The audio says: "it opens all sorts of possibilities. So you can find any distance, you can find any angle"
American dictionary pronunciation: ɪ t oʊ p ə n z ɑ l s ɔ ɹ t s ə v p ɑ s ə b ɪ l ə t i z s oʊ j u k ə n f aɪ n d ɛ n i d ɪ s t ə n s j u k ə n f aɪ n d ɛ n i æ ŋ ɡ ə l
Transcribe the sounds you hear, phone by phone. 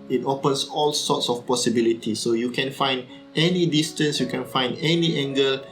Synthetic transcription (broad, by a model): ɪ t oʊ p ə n s ɑ l s ɔ t s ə f p ɑ s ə b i l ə t i s oʊ j u k ə n f aɪ n d ɛ n i d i s t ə n s j u k ə n f aɪ n d ɛ n i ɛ ŋ ɡ ə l